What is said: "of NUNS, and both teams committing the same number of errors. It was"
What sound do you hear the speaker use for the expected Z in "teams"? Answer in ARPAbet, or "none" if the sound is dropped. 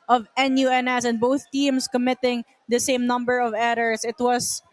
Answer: S